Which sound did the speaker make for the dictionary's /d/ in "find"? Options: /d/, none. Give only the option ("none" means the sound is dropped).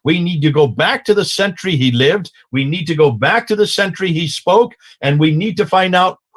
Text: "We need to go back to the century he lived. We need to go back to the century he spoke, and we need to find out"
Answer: /d/